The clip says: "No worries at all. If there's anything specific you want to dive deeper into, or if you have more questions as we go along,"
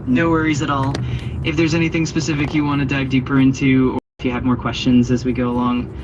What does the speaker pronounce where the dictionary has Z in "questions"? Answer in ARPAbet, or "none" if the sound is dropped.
Z